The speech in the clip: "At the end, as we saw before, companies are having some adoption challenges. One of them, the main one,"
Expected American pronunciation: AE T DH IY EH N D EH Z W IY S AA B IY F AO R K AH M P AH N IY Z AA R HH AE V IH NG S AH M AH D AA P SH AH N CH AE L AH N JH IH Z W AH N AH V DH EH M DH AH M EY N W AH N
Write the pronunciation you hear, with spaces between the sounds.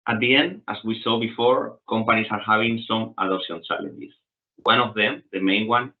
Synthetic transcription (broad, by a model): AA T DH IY EH N D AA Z W IY S AA B IY F AO R K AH M P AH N IY S AA R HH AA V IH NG S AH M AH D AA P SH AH N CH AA L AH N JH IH S W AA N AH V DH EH M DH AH M EY N W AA N